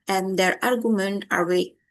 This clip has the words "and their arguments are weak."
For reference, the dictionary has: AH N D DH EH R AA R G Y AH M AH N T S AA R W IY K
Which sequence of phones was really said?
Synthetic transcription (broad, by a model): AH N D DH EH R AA R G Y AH M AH N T AA R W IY